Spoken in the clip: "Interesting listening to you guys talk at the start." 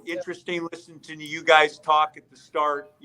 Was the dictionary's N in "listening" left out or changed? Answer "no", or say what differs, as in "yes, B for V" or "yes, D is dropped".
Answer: yes, N is dropped